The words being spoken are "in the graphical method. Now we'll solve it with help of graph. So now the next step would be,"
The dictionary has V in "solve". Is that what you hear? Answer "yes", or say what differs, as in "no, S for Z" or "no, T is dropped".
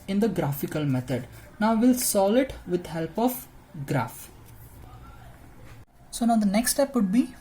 no, V is dropped